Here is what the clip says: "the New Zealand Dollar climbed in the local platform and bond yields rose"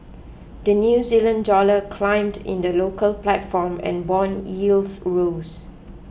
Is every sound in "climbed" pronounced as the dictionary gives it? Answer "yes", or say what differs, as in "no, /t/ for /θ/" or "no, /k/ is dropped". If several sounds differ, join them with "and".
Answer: yes